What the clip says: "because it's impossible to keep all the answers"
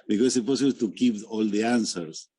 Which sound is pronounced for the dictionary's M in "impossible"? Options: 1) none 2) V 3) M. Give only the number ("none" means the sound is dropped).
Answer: 1